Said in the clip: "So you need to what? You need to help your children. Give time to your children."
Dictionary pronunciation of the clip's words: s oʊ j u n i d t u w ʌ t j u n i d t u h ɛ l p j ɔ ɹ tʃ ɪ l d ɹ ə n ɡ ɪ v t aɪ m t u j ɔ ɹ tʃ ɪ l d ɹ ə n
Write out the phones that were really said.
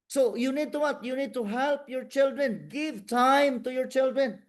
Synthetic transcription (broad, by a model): s oʊ j u n i d t u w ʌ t j u n i d t u h ɛ l p j ɔ ɹ tʃ ɪ l d ɹ ə n ɡ ɪ v t aɪ m t u j ɔ ɹ tʃ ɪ l d ɹ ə n